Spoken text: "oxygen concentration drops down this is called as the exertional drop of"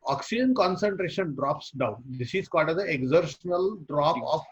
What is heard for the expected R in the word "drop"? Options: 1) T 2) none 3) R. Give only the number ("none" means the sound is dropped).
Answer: 3